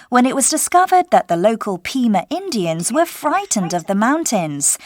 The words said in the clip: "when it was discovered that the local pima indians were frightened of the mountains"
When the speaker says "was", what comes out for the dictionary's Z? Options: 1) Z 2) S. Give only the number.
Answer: 1